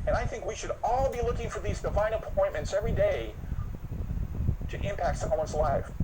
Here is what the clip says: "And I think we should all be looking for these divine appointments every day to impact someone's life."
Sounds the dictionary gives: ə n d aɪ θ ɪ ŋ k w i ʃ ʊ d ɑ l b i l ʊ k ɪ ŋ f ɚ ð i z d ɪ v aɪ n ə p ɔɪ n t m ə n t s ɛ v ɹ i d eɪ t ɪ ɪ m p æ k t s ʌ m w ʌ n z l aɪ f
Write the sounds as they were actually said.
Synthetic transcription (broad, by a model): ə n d aɪ θ ɪ ŋ k w i ʃ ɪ d ɑ l b i l ʊ k ɪ ŋ f ɚ ð i z d ɪ v aɪ n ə p ɔɪ n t m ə n t s ɛ v ɹ i d eɪ t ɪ ɪ m p æ k t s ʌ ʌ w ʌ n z l aɪ f